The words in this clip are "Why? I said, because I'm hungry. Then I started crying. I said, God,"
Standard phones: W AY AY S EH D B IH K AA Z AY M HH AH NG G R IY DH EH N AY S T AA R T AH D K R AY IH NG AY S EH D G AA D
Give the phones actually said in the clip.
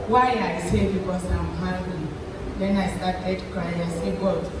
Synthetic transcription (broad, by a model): W AY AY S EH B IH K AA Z AY M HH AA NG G L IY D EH N AY S T AA T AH D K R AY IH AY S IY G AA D